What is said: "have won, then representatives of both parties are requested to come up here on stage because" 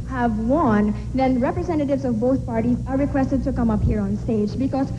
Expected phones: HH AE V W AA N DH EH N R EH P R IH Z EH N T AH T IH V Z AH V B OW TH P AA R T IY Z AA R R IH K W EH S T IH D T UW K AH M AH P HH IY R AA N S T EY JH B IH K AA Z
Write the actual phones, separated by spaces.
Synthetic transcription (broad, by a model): HH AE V W AA N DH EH N R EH P R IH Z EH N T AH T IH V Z AH V B OW T P AA R T IY Z AA R R IH K W EH S T IH D T UW K AH M AH P HH IY R AA N S T EY JH B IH K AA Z